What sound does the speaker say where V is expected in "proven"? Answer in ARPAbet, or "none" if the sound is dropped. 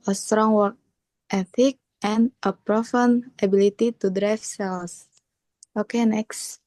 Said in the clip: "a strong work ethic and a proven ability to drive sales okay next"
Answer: F